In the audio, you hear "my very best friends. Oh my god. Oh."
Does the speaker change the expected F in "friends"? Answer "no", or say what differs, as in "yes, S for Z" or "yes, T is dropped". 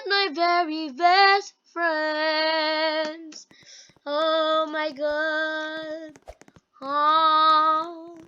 no